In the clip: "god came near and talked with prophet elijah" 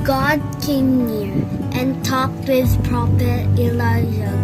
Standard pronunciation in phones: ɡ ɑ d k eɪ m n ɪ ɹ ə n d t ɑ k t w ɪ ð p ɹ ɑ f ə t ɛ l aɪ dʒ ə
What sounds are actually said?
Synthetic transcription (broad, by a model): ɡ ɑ d k eɪ m n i ɹ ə n t ɑ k t w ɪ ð p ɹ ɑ p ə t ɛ l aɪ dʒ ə